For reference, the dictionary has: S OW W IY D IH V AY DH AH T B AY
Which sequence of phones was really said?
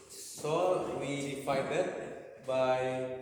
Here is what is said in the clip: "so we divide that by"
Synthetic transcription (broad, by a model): S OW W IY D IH F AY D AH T B AY